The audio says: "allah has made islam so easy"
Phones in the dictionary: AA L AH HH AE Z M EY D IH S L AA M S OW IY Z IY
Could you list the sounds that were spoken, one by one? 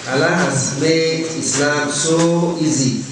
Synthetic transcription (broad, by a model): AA L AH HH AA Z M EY IH S L AA M S OW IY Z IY